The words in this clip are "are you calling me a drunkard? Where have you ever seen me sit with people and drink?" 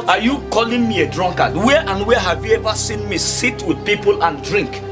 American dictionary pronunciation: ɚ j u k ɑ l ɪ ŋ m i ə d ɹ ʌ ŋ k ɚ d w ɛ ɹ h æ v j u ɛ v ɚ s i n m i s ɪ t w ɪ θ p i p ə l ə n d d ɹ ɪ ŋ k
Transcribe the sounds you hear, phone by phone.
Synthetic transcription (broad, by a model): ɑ j u k ɑ l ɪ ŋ m i ə d ɹ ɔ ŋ k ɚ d w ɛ w h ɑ v j u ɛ v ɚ s i n m i s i t w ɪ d p i p ə l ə n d d ɹ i ŋ k